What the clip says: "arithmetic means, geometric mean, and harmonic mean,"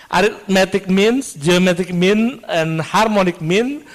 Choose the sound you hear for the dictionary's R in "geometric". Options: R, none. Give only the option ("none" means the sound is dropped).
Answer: none